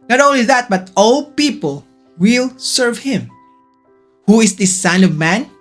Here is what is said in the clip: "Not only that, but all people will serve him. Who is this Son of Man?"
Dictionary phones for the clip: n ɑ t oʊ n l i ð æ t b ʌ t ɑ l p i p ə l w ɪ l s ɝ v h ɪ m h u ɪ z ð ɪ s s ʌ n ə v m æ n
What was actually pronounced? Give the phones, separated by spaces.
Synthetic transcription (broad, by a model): n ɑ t oʊ n l i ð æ t b ʌ t ɑ l p i p ə l w ɪ l s ɝ v h ɪ m h u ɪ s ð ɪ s s ʌ n ə v m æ n